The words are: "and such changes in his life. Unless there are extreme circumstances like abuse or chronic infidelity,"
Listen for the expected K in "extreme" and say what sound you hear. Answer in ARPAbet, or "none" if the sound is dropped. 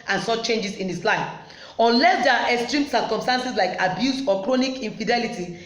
K